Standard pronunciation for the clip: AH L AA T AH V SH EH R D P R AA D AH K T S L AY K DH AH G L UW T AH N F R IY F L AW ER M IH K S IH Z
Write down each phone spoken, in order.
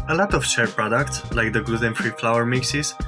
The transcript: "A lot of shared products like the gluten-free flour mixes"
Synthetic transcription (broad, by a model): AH L AA T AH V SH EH R P R AA D AH K T S L AY K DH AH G UW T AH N F R IY F L AW ER M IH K S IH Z